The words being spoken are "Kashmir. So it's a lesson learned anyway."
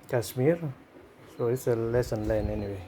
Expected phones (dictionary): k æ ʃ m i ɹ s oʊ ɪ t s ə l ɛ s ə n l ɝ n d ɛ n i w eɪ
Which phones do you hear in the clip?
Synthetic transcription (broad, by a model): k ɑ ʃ m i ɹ s oʊ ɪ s ə l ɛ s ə n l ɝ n ɛ n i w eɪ